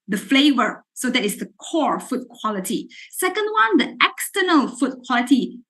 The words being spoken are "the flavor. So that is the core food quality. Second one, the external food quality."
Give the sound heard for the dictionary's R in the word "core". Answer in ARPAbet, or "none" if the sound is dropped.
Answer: R